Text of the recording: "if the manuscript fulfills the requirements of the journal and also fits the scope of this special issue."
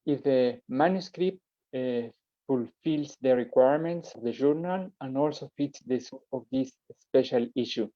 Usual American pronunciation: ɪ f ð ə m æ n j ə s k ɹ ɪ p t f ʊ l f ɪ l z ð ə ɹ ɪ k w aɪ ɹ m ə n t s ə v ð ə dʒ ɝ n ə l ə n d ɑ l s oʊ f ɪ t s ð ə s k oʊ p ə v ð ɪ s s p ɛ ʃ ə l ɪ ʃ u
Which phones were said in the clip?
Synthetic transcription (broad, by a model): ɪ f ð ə m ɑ n j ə s k ɹ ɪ p t f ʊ l f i l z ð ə ɹ ɪ k w aɪ ɹ m ə n t s ə v ð ə ʒ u n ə l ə n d ɑ l s oʊ f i t s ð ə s oʊ ə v ð ɪ s s p ɛ ʃ ə l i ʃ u